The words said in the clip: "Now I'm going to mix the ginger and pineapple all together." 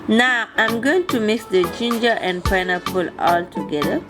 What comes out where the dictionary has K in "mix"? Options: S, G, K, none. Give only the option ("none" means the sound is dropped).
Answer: K